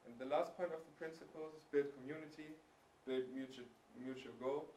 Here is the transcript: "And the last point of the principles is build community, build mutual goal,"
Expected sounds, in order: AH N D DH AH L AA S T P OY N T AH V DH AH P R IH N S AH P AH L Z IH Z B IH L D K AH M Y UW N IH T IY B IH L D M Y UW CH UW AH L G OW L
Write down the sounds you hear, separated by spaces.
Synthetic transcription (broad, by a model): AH N DH AH L AA S T P OY N T AH V DH AH P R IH N S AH P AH L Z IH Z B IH D K AH M Y UW N IH T IY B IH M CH M Y UW CH UW AH L G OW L